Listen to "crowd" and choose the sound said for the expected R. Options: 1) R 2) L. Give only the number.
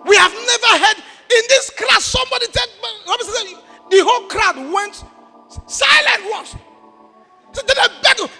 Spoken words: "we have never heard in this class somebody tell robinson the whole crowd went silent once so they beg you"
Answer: 1